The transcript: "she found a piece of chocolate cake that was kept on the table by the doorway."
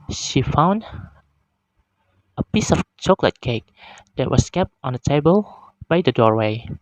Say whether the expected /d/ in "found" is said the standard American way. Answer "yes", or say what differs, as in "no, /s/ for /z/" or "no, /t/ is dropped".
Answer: yes